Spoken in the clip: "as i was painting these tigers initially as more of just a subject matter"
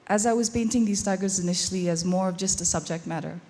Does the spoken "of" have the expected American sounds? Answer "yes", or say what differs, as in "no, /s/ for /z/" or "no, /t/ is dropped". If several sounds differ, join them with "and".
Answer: yes